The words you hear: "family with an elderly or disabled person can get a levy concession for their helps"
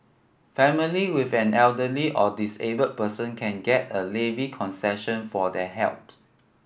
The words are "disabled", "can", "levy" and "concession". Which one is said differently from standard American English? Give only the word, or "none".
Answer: disabled